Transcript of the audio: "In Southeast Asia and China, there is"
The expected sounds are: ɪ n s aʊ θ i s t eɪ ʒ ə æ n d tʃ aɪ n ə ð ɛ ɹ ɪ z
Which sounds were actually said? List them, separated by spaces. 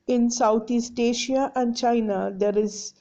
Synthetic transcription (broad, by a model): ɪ n s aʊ t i s t eɪ ʃ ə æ n d tʃ aɪ n ə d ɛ ɹ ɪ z